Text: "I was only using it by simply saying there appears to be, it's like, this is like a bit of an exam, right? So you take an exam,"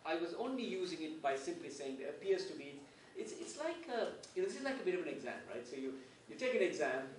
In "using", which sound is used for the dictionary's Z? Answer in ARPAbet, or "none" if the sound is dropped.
Z